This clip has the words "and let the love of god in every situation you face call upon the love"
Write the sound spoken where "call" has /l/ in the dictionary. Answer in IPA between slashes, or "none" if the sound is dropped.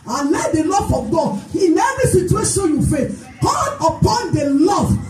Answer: /n/